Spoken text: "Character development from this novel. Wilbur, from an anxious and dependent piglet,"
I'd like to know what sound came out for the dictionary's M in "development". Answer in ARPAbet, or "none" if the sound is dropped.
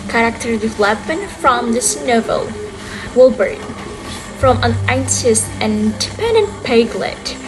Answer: none